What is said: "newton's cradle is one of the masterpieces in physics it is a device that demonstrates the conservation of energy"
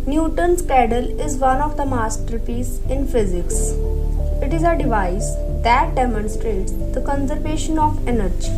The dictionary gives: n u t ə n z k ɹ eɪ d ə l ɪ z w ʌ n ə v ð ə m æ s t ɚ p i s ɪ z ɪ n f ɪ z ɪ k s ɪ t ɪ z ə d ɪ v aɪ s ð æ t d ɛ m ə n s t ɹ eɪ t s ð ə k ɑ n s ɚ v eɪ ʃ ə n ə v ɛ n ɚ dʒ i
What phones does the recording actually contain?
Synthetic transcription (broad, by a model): n u t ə n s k eɪ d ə l ɪ z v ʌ n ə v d ə m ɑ s t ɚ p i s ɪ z ɪ n f ɪ z ɪ k s ɪ t ɪ z ə d ɪ v aɪ s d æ t d ɛ m ə n s t ɹ eɪ t s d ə k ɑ n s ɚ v eɪ ʃ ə n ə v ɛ n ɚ dʒ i